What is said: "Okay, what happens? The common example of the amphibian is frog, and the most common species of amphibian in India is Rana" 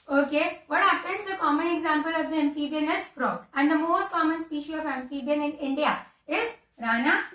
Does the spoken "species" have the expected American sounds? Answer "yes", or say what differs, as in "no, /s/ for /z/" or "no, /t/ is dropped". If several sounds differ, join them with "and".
no, /z/ is dropped